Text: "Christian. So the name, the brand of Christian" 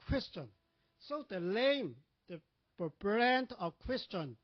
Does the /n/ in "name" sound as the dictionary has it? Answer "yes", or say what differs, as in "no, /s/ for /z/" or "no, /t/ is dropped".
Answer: no, /l/ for /n/